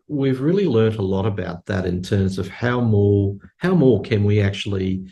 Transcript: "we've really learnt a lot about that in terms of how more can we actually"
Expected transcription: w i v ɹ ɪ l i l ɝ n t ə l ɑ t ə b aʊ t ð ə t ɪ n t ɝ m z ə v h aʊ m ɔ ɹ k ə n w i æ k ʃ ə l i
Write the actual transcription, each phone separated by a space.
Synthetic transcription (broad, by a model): w i v ɹ ɪ l i l ɝ n t ə l ɑ t ə b aʊ t ð ə t ɪ n t ɝ m z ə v h aʊ m ɔ ɹ k ə n w i æ k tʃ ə l i